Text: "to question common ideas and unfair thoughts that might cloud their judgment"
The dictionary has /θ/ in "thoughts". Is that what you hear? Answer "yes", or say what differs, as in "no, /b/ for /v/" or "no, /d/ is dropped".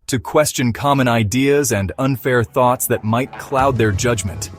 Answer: yes